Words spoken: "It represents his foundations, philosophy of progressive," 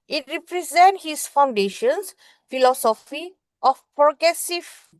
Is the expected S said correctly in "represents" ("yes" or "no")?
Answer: no